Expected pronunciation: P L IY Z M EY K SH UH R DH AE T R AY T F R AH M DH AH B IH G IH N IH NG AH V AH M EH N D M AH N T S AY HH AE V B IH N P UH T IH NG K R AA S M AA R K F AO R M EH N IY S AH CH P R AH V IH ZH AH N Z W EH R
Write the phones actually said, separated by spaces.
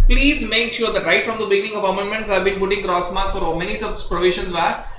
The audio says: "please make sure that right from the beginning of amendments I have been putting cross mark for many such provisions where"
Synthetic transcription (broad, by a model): P L IY Z M EY K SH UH R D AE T R AY T F R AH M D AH B IH G IH N IH NG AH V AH M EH N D M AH N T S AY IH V B IH N P UH T IH NG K R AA S M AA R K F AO R M EH N IY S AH S P R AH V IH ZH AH N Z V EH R